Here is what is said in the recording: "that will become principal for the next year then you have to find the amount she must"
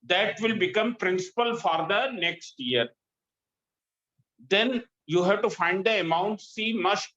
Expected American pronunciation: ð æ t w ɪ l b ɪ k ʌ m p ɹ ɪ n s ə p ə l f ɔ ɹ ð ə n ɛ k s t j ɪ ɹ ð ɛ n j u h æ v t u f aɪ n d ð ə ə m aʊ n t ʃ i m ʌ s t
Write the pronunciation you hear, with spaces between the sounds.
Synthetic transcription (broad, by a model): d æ t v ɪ l b ɪ k ʌ m p ɹ ɪ n s ə p ə l f ɔ ɹ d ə n ɛ k s t j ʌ ɹ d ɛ n j u h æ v t u f aɪ n d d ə ə m aʊ n t s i m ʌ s